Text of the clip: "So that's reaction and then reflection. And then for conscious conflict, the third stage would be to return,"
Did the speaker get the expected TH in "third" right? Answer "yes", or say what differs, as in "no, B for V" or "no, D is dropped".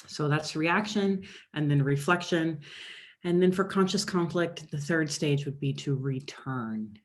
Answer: yes